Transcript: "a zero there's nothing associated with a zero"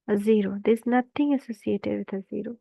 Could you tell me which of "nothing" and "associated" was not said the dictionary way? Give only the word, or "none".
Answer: nothing